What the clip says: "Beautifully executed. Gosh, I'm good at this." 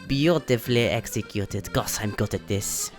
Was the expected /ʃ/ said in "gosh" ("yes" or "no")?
no